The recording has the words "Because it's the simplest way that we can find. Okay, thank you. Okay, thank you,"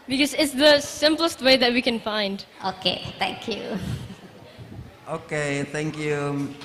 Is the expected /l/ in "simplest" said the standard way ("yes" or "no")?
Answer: yes